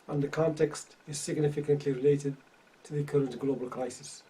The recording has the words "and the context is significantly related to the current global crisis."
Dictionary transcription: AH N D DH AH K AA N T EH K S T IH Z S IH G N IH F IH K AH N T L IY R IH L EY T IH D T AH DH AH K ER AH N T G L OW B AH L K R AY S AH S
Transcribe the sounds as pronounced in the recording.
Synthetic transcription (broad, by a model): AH N DH AH K AA N T EH K S T IH Z S IH G N IH F IH K AH N T L IY R IH L EY T IH D T AH DH AH K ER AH N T G L OW B AH L K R AY S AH S